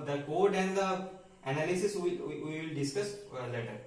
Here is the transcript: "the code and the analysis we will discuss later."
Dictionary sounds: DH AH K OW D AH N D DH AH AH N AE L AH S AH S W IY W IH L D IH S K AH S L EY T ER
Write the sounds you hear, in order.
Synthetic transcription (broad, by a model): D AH K OW D AH N D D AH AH N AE L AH S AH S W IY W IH L D IH S K AH S L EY T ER